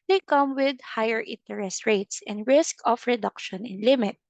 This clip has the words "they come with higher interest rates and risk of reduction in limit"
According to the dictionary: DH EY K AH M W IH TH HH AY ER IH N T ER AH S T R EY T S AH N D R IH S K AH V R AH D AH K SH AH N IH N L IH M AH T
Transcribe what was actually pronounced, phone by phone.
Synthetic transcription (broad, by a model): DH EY K AH M W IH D HH AY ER IH N T ER AH S T R EY T S AH N D R IH S K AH F R AH D AH K SH AH N IH N L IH M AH T